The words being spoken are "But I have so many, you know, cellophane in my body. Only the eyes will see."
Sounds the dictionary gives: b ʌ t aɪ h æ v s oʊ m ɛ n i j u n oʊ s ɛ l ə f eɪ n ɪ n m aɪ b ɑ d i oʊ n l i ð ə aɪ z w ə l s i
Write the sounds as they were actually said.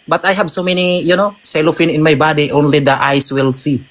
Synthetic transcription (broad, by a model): b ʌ t aɪ h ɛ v s oʊ m ɛ n i j u n oʊ s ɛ l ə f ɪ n ɪ n m aɪ b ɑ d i oʊ n l i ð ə aɪ s w ə l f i